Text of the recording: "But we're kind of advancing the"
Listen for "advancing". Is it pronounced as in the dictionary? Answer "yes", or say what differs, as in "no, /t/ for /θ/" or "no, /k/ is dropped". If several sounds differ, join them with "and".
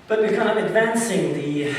yes